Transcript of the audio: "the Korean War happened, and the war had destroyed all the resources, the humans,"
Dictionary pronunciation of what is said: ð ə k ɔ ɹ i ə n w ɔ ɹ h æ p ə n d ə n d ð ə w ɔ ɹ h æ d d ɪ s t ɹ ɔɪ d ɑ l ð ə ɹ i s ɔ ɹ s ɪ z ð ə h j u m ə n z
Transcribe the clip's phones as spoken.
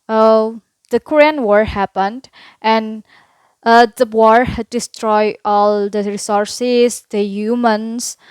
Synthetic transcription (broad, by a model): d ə k ɔ ɹ i ə n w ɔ ɹ h æ p ə n d ə n d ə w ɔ ɹ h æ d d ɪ s t ɹ ɔɪ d ɑ l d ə ɹ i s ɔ ɹ s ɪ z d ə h j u m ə n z